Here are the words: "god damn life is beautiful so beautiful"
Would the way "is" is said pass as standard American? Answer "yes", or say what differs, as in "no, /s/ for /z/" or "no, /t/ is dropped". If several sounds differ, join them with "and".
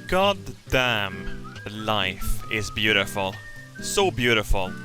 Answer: yes